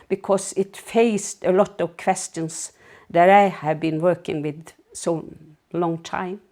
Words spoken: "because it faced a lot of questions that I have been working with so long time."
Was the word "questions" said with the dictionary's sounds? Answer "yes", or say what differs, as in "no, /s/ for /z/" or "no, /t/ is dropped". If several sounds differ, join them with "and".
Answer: no, /s/ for /z/